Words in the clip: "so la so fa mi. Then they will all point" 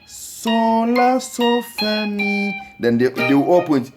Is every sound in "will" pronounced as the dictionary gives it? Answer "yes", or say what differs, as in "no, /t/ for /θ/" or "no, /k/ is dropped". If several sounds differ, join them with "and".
no, /w/ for /l/